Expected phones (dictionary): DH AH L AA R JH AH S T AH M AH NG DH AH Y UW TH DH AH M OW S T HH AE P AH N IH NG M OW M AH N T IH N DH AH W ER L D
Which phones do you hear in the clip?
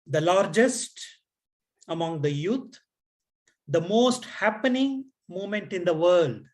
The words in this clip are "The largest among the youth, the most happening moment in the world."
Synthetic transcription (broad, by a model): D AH L AA R JH AH S T AH M AH NG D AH Y UW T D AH M OW S T HH AE P AH N IH NG M OW M AH N T IH N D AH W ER L D